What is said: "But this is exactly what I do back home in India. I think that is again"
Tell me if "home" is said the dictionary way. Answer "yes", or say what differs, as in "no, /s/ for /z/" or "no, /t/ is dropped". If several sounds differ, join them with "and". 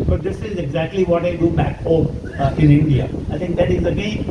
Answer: no, /m/ is dropped